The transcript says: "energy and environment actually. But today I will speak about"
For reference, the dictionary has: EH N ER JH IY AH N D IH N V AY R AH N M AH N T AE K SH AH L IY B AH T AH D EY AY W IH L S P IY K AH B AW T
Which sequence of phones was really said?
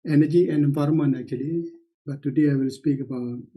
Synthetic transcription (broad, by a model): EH N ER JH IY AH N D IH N F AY R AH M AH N AE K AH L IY B AH T AH D EY AY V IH L S P IY K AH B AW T